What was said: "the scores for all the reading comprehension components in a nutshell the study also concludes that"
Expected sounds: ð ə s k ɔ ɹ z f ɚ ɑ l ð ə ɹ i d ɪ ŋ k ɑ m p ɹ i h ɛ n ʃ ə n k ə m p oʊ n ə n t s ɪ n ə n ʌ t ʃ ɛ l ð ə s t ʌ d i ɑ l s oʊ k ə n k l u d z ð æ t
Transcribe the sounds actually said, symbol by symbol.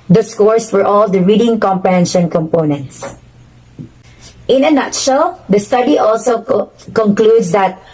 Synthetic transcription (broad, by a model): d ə s k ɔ ɹ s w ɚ ɑ l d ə ɹ i d ɪ ŋ k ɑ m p i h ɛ n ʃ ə n k ə m p oʊ n ə n t s ɪ n ə n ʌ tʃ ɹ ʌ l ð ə s t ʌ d i ɑ l s oʊ k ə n k l u d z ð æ t